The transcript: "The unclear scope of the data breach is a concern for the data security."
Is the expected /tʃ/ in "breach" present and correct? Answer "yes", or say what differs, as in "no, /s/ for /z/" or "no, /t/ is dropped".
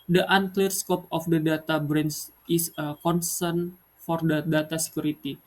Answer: no, /s/ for /tʃ/